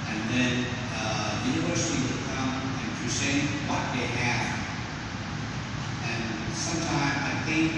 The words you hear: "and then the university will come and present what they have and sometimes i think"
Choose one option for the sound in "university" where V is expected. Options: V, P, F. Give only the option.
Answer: V